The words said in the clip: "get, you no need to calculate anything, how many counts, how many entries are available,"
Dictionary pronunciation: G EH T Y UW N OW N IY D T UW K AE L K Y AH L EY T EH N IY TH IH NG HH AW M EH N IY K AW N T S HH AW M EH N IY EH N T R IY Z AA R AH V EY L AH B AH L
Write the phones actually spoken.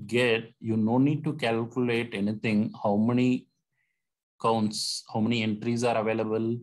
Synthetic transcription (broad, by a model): G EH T Y UW N OW N IY D T UW K AE L K Y AH L EY T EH N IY T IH NG HH AW M EH N IY K AW N T S HH AW M EH N IY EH N T R IY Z AA R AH V EY L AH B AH L